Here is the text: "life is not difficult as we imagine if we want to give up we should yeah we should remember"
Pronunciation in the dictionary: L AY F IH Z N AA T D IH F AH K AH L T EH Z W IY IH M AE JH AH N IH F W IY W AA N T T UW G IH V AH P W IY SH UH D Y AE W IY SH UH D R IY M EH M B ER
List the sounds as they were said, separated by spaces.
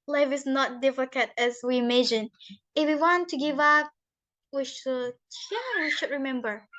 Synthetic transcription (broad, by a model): L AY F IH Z N AA T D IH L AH K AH T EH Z W IY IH M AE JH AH N IH F W IY W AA N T T UW G IH V AH P W IY SH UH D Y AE W IY SH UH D R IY M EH M B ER